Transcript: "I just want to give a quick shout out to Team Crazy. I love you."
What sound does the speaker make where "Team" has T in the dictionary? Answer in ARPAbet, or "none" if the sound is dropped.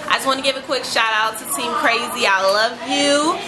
S